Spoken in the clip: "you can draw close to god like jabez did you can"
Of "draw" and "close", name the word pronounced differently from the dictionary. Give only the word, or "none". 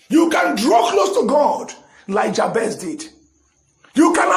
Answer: none